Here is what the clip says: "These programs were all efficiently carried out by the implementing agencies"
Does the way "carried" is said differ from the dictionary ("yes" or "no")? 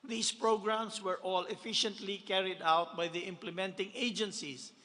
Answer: no